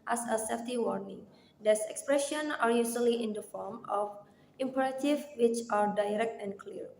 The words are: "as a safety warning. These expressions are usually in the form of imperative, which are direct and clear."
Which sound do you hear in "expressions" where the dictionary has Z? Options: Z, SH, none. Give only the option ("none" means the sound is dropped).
none